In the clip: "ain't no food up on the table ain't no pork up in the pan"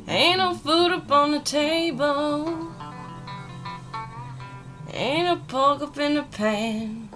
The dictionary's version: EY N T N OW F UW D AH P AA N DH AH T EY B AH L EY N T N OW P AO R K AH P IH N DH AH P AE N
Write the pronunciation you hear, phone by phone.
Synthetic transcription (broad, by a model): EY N N OW F UW D AH P N DH AH T EY B AH L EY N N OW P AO L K AH P IH N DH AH P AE N